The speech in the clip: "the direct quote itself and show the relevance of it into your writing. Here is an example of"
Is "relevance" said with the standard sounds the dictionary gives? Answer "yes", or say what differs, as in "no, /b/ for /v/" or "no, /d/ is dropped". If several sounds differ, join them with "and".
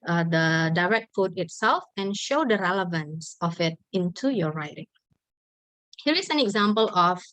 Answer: yes